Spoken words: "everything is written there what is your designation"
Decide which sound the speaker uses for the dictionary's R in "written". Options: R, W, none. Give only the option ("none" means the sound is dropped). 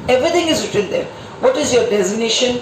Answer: W